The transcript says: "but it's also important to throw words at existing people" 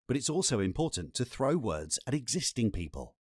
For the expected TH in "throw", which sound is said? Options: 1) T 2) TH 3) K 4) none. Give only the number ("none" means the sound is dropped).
2